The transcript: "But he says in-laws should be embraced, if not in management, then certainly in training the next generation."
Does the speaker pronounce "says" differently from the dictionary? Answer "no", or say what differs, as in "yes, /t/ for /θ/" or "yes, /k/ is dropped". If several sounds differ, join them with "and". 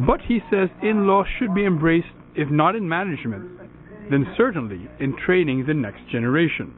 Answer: no